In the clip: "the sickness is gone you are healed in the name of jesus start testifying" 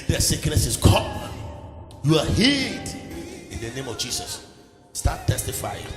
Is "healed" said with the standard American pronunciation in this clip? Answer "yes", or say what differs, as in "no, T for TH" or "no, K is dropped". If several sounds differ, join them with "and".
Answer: no, L is dropped